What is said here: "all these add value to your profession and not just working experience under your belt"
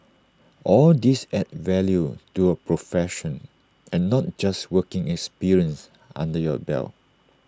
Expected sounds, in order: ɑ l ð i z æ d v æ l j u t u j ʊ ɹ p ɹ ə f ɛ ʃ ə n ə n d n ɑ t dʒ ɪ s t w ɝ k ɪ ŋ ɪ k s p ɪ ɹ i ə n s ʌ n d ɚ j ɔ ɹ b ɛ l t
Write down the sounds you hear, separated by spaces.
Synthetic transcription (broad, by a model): ɑ l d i s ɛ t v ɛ l j u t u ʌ p ɹ ə f ɛ ʃ ə n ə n n ɑ t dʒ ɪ s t w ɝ k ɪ ŋ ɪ k s p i ɹ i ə n s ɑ n d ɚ j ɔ b ɛ l